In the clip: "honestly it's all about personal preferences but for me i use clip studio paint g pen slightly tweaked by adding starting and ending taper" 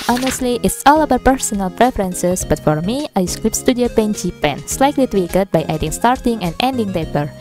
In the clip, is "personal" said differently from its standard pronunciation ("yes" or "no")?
no